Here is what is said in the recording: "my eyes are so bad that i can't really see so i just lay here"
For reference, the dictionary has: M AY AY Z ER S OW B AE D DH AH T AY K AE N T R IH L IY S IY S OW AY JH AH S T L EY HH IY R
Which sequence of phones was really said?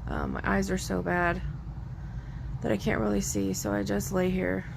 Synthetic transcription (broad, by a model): M AY AY Z ER S OW B AE D DH AH T AY K AE N T R IH L IY S IY S OW AY JH AH S T L EY HH IY R